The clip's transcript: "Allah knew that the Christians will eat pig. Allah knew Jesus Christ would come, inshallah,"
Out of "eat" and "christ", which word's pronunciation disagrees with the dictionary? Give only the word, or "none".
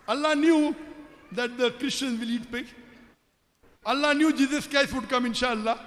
christ